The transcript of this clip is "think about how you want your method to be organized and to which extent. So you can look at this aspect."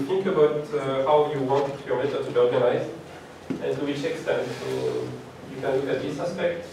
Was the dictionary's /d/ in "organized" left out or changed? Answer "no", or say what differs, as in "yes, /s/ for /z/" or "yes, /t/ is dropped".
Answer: yes, /d/ is dropped